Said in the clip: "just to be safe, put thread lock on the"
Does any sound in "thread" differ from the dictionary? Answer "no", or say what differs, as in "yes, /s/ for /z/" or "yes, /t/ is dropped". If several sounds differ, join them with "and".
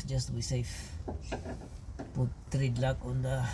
yes, /t/ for /θ/